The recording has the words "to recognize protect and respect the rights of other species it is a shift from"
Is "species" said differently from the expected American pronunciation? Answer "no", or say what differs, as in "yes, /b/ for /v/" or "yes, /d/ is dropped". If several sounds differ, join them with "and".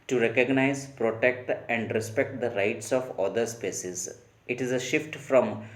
yes, /s/ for /ʃ/